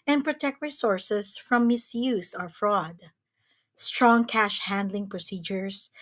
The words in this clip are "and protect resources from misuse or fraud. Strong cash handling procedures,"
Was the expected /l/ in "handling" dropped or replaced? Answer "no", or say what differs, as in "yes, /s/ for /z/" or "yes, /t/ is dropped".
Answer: no